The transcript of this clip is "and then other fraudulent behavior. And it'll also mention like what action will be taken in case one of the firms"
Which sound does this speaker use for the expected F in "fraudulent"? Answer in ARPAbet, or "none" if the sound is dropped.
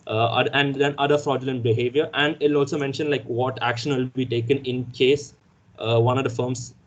F